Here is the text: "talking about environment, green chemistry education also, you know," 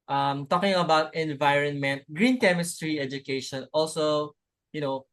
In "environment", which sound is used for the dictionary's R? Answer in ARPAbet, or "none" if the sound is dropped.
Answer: R